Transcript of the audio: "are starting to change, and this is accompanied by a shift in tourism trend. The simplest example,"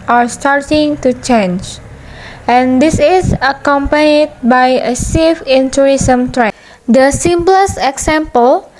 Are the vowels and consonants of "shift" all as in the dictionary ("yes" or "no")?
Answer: no